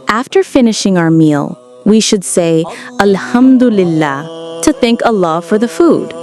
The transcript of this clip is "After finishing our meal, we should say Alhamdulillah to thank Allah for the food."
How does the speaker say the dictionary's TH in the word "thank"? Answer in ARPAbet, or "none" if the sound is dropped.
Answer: TH